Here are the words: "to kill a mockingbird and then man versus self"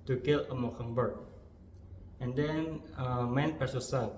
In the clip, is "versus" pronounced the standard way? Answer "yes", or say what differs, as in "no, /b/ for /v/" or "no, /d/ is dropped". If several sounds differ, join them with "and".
no, /p/ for /v/